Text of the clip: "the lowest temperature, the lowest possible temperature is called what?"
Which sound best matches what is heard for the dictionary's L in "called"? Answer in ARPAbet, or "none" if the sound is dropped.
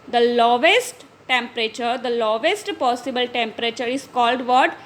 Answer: L